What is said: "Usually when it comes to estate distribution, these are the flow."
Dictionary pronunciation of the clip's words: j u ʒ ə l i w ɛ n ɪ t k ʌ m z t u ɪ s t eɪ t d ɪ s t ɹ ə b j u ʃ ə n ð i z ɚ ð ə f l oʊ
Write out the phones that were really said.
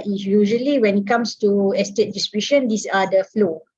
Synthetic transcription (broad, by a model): j u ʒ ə l i w ɛ n ɪ t k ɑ m s t u ɪ s t eɪ t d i s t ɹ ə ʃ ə n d i s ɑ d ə f l oʊ